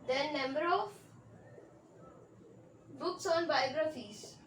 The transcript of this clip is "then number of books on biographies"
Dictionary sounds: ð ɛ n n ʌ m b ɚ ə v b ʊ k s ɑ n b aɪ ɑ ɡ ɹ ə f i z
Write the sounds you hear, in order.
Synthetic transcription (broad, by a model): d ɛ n n ʌ m b ɚ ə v b ʊ k s ɑ n b aɪ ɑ ɡ ɹ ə f i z